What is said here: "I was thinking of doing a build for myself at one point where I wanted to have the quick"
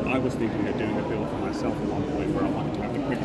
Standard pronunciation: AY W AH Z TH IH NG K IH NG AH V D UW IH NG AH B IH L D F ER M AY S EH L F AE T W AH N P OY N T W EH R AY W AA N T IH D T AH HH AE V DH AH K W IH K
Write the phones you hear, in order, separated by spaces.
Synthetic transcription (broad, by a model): AY W AH Z S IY K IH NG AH D UW IH NG AH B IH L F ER M AY S EH L F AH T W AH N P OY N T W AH R AY W AA N T IH D T AH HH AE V DH AH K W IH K